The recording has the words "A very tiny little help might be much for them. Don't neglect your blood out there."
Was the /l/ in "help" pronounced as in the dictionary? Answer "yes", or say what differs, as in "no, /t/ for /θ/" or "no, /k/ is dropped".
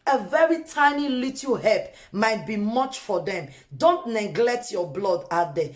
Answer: no, /l/ is dropped